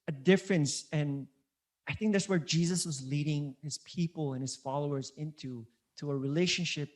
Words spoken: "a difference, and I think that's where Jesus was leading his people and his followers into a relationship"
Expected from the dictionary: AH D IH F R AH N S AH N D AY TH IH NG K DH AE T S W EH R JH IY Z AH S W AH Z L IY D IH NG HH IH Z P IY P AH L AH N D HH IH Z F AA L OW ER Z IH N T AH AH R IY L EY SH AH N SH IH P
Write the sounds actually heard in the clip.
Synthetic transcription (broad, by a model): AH D IH F R AH N S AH N AY TH IH NG K DH AE T S W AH R JH IY Z AH S W AH Z L IY D IH NG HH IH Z P IY P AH L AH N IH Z F AA L OW ER Z IH N T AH AH R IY L EY SH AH N SH IH P